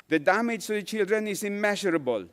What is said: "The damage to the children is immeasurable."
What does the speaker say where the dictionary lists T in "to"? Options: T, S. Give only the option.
S